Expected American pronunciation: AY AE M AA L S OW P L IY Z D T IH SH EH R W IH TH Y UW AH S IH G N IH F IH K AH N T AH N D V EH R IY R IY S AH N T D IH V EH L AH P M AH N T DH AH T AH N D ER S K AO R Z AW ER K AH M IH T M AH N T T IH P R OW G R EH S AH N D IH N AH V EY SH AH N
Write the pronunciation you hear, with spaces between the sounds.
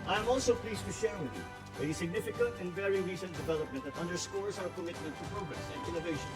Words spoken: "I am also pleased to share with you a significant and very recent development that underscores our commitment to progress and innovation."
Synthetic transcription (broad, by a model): AY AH M AA L S OW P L IY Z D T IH S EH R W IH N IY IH AH S IH G N IH F IH K AH N T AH N V EH R IY R IY S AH N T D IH V EH L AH P M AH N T DH AH T AH N D ER S K AO R Z AW ER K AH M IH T AH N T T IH P R OW G R EH S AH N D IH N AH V EY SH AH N